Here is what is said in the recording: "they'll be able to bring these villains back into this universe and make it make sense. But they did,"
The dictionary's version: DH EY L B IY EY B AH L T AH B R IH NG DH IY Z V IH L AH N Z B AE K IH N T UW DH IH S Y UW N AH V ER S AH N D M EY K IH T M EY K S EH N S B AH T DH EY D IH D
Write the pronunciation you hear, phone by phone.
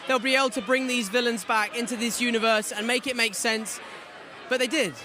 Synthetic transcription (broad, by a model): DH EY L B IY EY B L T AH B R IH NG DH IY Z V IH L AH N Z B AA K IH N T UW DH IH S Y UW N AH V ER S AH N M EY K IH T M EY K S EH N S B AH T DH EY D IH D